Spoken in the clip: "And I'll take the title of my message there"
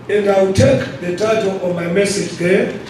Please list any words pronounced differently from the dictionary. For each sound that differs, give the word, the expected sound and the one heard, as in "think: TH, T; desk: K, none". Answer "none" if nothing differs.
i'll: L, W